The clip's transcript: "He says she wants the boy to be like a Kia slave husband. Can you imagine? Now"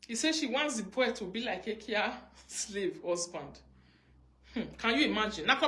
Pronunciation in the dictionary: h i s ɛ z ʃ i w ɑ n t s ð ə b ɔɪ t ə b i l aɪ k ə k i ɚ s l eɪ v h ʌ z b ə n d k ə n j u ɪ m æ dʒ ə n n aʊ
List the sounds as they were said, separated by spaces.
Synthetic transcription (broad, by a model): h i s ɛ ʃ i w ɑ n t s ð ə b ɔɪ t ə b i l aɪ k ə k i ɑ s l eɪ v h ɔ s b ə n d k ə n j u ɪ m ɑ dʒ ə n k